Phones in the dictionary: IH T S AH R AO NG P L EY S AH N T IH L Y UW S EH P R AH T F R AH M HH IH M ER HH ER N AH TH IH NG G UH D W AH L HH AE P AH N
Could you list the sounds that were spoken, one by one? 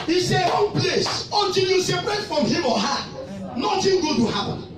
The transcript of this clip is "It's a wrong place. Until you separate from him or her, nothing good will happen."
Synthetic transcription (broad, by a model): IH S AH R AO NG P L EY S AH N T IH N Y UW S EH P R AH T F R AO M HH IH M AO HH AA N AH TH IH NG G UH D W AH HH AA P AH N